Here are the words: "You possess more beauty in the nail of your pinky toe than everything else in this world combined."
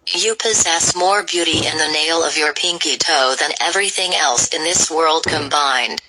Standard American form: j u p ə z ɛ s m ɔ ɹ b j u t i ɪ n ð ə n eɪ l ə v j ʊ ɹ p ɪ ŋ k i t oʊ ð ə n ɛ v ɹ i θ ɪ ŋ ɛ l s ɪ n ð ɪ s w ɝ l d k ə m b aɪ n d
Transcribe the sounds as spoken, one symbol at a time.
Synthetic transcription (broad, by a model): j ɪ p ə z ɛ s m ɔ ɹ b j u t i ɪ n ð ə n eɪ l ə v j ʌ ɹ p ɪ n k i t oʊ ð ə n ɛ v ɹ i θ ɪ ŋ ɛ l s ɪ n ð ɪ s w ɝ l d k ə m b aɪ n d